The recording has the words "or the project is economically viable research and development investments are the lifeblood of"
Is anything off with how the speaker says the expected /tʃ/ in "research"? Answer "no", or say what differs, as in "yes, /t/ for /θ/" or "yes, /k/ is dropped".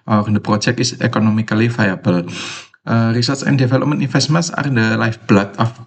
yes, /s/ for /tʃ/